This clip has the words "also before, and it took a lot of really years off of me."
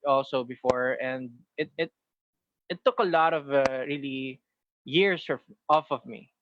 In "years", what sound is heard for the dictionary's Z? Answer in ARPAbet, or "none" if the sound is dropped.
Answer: S